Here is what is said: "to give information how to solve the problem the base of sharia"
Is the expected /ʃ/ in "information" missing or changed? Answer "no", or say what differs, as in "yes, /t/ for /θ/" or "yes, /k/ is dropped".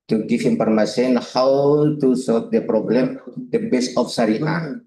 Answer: yes, /s/ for /ʃ/